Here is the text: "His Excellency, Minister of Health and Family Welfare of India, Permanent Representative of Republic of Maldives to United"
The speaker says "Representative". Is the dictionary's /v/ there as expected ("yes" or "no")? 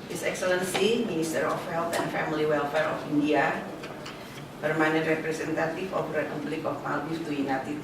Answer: no